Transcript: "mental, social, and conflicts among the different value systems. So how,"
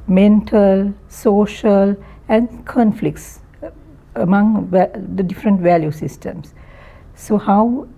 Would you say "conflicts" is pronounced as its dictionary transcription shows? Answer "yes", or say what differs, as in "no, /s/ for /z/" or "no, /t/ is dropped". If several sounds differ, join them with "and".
yes